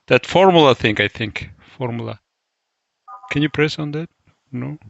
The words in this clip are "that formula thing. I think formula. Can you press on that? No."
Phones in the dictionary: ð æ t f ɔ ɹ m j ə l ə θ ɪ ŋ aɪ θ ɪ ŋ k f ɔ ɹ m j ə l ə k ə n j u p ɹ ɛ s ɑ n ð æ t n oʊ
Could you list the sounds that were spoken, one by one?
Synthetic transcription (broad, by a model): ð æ t f ɔ ɹ m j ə l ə θ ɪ ŋ aɪ θ ɪ ŋ k f ɔ ɹ m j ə l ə k ə n j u p ɹ ɛ s ɑ n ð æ t n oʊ